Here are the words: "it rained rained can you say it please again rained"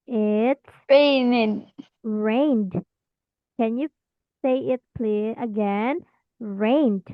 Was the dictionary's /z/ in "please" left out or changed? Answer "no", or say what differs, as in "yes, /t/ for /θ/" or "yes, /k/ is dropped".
yes, /z/ is dropped